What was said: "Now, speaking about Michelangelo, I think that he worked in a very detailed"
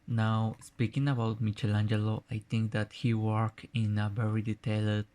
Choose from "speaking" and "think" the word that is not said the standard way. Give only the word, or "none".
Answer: think